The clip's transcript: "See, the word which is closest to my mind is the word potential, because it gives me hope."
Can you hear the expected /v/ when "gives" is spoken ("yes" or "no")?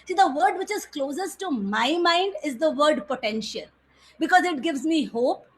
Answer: yes